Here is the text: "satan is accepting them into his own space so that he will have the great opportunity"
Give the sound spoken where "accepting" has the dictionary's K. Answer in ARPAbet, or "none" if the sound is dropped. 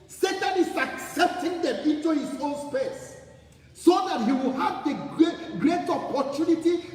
K